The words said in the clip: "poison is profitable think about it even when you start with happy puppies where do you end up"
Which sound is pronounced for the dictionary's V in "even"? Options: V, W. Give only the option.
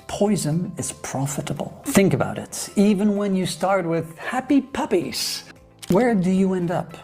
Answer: V